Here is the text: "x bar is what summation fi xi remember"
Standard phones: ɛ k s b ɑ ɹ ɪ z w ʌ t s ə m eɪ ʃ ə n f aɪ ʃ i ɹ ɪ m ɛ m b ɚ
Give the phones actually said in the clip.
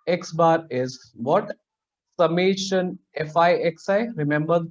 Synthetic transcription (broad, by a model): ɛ k s b ɑ ɹ ɪ z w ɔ t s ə m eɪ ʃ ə n f aɪ s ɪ ɹ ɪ m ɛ m b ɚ